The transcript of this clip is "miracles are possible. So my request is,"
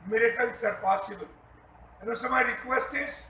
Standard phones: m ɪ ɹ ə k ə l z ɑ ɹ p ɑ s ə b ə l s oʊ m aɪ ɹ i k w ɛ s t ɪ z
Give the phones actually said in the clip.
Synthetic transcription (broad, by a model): m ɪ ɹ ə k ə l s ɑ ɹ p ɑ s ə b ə n s oʊ m aɪ ɹ i k w ɛ s t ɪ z